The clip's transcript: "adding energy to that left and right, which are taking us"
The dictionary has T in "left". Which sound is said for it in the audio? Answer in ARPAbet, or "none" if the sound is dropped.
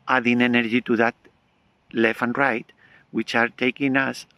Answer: none